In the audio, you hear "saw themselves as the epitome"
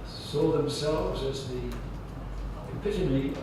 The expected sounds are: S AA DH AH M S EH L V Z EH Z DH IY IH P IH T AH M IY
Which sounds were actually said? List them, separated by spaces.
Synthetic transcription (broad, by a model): S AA DH AH M S EH L V Z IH Z DH IY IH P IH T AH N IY